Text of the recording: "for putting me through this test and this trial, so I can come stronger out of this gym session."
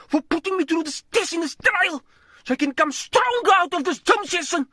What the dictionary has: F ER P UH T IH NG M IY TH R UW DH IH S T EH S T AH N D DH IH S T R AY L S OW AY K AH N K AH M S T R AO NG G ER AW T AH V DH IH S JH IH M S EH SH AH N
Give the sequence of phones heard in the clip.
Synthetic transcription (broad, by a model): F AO P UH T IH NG M IY T R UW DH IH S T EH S AH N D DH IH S T R AY L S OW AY K AH N K AH M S T R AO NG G AW T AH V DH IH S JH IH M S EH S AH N